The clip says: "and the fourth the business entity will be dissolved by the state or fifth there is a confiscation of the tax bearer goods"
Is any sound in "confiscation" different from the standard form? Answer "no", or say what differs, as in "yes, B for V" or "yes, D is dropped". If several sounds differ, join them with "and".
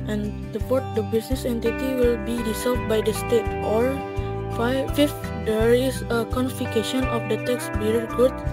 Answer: yes, S is dropped